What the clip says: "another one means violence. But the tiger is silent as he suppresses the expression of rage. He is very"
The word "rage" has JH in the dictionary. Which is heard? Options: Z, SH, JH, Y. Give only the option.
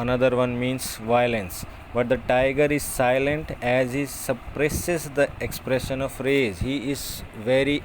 Z